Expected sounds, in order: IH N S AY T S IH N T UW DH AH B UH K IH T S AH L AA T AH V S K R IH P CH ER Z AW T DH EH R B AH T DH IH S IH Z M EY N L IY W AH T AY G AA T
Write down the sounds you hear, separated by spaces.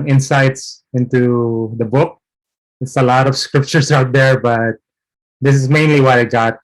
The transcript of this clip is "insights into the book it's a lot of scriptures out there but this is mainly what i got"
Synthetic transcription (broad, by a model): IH N S AY T S IH N T UW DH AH B UH K IH T S AH L AA T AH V S K R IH P CH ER S AW T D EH R B AH T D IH S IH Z M EY N L IY W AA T AY G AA T